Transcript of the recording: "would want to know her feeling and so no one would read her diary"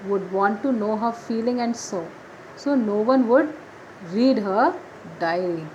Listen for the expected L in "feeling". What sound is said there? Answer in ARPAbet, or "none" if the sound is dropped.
L